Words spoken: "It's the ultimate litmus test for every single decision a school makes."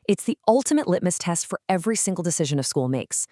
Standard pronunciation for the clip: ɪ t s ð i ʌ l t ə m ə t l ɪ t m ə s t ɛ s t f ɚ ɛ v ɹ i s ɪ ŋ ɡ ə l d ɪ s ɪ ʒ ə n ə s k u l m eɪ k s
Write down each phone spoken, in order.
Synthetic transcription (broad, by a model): ɪ t s ð i ʌ l t ə m ə t l ɪ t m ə s t ɛ s t f ɚ ɛ v ɹ i s ɪ ŋ ɡ l d ɪ s ɪ ʒ ə n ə s k u l m eɪ k s